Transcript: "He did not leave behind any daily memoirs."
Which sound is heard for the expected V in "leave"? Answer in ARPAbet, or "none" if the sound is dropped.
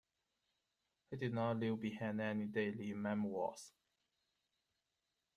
W